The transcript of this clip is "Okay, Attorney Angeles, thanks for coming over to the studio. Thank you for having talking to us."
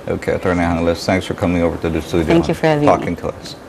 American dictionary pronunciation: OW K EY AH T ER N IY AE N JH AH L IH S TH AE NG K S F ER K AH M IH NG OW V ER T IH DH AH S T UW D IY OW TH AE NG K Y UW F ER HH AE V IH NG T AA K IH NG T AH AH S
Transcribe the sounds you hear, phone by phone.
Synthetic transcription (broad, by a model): OW K EY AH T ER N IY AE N AH L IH S TH AE NG K S F ER K AH M IH NG OW V ER T IH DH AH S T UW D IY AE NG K Y UW F ER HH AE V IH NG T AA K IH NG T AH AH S